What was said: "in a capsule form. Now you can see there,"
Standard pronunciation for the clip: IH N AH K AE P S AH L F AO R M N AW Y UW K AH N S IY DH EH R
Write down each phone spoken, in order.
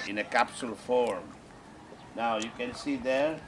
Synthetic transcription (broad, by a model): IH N AH K AE P S AH L F AO R M N AW Y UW K AH N S IY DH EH R